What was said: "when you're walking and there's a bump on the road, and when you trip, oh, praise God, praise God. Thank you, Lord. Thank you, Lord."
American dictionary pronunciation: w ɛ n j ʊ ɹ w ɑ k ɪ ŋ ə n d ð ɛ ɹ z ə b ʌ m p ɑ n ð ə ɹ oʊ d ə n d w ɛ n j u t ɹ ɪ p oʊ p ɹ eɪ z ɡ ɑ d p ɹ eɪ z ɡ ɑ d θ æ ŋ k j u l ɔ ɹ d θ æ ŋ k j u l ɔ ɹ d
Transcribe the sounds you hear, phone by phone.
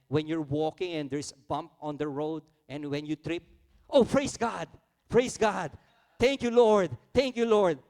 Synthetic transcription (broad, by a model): w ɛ n j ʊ ɹ w ɑ k ɪ ŋ ə n d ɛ ɹ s b ʌ m p ɑ n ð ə ɹ oʊ d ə n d w ɛ n j u t ɹ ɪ p oʊ p ɹ eɪ s ɡ ɑ d p ɹ eɪ s ɡ ɑ d t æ ŋ k j u l ɔ ɹ d t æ ŋ k j u l ɔ ɹ d